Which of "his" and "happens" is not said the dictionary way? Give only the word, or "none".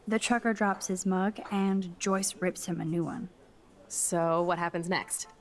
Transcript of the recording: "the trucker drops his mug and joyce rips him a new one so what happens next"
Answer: none